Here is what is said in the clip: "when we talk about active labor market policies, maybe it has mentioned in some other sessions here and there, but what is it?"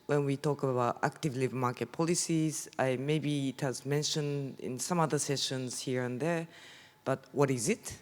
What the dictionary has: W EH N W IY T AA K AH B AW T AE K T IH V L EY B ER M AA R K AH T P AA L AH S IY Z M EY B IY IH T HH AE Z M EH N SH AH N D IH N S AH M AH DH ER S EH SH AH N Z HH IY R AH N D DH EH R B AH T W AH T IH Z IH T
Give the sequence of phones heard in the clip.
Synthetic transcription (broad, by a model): W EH N W IY T AA K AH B AW T AE K T IH V L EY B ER M AA R K AH T P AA L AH S IY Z M EY B IY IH T HH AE Z M EH N SH AH N D IH N S AH M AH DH ER S EH SH AH N Z HH IY R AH N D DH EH R B AH T W AH T IH Z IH T